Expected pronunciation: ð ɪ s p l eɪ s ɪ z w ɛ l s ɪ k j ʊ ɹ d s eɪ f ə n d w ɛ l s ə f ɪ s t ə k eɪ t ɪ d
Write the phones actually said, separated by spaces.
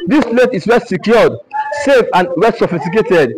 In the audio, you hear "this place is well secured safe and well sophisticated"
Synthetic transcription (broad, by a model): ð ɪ s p l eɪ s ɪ s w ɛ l s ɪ k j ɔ d s eɪ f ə n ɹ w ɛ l s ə f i s t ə k eɪ t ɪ d